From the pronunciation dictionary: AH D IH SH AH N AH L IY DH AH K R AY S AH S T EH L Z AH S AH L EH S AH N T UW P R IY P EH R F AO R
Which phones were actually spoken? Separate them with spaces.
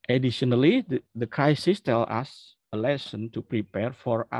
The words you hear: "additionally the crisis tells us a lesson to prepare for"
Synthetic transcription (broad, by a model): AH D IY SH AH N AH L IY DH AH K R AY S AH S T EH L AH S AH L EH S AH N T UW P R IY P EH R F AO R